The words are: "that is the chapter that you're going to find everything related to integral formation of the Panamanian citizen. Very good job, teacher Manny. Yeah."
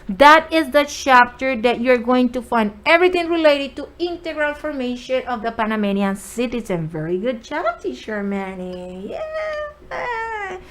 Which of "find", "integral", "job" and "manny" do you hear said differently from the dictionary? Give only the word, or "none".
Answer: job